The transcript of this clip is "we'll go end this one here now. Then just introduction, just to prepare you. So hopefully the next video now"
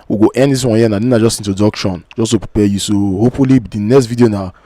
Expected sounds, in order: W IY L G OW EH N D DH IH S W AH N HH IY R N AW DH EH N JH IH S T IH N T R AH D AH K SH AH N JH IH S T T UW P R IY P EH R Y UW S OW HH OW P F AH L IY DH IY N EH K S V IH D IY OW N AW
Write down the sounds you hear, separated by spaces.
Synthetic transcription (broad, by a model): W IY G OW EH N D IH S W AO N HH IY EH N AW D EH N JH IH S T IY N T AH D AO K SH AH N JH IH S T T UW P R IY P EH Y UW S OW HH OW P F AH L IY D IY N EH K S V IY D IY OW N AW